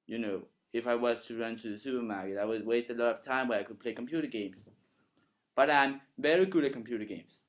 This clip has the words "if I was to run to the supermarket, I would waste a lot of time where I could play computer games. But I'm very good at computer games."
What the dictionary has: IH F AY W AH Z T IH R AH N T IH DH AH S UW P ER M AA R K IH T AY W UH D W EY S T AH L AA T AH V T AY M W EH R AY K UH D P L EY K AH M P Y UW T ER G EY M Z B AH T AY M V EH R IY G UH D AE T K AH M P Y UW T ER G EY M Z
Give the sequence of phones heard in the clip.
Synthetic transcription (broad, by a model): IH F AY W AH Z T IH R AH N T IH DH AH S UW P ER M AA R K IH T AY W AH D W EY S T AH L AA T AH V T AY M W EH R AY K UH D P L EY K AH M P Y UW T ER G EY M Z B AH T AY M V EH R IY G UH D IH K AH M P Y UW T ER G EY M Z